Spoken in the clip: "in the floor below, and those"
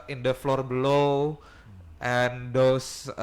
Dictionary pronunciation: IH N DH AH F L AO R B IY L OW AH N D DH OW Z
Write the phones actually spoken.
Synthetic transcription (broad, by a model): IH N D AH F L AO R B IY L OW AH N D OW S